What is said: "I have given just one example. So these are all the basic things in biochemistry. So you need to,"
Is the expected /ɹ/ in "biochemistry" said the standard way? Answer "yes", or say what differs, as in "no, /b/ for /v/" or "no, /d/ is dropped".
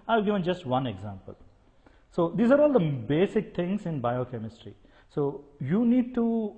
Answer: yes